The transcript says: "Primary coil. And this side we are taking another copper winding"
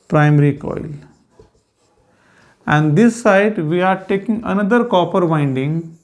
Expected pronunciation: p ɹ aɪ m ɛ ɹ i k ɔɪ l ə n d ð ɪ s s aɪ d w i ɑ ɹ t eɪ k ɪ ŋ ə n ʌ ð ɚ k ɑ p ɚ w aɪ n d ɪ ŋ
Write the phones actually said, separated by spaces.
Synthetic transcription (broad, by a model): p ɹ aɪ m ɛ ɹ i k ɔɪ l ə n d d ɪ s s aɪ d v i ɑ ɹ t eɪ k ɪ ŋ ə n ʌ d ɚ k ɑ p ɚ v aɪ n d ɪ ŋ